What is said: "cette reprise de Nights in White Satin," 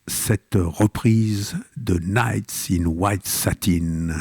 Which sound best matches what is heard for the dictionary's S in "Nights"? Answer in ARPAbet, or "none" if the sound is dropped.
S